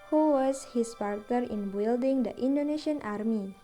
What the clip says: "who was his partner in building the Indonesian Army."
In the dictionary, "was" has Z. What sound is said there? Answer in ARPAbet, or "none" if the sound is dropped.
S